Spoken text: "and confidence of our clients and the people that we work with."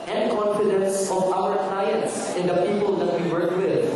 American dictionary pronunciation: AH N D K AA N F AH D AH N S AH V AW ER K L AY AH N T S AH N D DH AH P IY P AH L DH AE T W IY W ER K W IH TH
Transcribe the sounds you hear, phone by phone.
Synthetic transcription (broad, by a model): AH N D K AA N F AH D AH N S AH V AW ER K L AY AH N S AH N D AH P IY P AH L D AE T W IY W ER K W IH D